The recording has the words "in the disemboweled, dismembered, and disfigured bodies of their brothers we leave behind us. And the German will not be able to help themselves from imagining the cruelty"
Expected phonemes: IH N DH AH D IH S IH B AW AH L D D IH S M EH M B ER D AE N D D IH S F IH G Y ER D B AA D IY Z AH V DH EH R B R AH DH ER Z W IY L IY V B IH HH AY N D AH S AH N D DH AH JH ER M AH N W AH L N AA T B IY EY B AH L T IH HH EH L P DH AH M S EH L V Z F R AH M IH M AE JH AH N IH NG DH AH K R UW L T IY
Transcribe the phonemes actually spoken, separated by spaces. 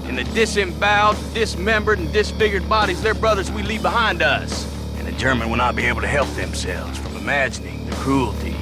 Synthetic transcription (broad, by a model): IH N DH AH D IH S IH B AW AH D D IH S M EH M B ER D N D D IH S F IH G Y ER D B AA D IY Z DH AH R B R AH DH ER Z W IY L IY V B IH HH AY N D AH S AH N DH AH JH ER M AH N W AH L N AA T B IY EY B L T IH HH EH L P DH AH M S EH L V Z F R AH M IH M AE JH AH N IH NG DH AH K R UW L T IY